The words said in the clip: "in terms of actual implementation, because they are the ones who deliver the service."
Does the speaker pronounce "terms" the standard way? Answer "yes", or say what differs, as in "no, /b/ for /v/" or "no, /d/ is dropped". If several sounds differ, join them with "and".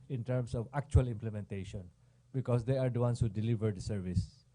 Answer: no, /s/ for /z/